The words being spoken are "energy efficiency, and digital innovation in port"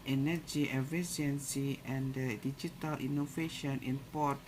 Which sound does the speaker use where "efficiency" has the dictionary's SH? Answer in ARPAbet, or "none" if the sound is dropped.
S